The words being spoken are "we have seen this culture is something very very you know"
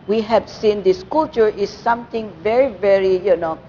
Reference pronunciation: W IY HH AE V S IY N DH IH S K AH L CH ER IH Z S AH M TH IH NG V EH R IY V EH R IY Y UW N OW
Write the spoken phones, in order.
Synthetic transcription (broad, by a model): W IY HH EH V S IY N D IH S K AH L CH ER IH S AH M T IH NG V EH R IY V EH R IY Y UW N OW